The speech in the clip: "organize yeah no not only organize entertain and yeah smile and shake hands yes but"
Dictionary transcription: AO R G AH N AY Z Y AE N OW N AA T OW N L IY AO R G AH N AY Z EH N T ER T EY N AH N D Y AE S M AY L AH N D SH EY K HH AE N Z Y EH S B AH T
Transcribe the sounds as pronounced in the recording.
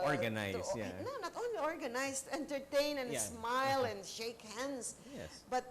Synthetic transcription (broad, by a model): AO R G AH N AY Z Y AE N OW N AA T OW N L IY AO R G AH N AY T EH N T ER T EY N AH N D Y S M AY L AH N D SH EY K HH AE N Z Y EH B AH T